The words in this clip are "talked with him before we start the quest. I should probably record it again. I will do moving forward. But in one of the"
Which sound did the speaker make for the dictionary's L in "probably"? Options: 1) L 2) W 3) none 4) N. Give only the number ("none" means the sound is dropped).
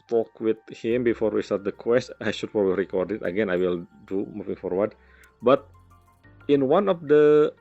3